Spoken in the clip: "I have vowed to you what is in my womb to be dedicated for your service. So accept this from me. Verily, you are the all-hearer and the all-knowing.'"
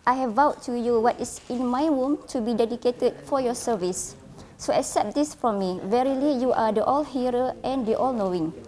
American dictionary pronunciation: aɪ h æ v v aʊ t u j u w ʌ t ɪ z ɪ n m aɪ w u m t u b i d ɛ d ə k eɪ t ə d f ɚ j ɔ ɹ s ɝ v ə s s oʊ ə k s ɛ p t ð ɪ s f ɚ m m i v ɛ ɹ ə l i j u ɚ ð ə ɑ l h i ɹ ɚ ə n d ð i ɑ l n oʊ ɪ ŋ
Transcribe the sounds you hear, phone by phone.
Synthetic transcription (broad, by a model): aɪ h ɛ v v aʊ t u j u w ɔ t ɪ s ɪ n m aɪ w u m t u b i d ɛ d ə k eɪ t ə d f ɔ j ɔ s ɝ v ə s s oʊ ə k s ɛ p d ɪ s f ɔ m m i v ɛ ɹ ə l i j u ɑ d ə ɑ l h i ɹ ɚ ə n d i ɑ l n oʊ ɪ ŋ